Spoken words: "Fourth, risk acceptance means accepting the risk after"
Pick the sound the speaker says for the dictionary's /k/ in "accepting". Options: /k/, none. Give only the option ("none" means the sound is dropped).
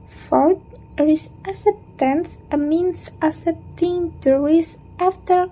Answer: none